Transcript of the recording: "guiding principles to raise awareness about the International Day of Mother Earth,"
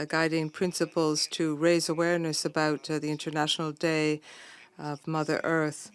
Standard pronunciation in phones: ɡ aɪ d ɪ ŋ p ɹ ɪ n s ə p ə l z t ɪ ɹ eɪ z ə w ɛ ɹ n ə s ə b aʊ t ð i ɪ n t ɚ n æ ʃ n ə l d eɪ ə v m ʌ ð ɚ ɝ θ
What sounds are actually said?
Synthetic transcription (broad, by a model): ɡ aɪ d ɪ ŋ p ɹ ɪ n s ə p ə l z t ɪ ɹ eɪ z ə w ɛ ɹ n ə s ə b aʊ t ð i ɪ n t ɚ n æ ʃ n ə l d eɪ ə v m ʌ ð ɚ ɝ θ